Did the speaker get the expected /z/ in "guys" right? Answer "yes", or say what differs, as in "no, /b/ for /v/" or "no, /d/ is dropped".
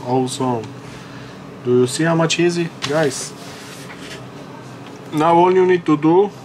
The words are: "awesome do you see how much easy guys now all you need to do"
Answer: no, /s/ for /z/